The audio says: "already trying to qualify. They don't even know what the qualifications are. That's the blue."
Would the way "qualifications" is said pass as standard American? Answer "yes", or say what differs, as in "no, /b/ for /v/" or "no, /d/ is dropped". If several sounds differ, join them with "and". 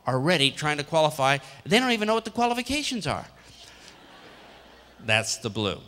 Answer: yes